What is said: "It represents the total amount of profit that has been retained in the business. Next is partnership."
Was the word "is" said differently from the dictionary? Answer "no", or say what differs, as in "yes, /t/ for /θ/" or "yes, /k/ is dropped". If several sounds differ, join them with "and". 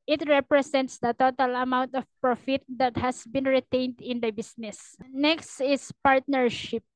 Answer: yes, /s/ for /z/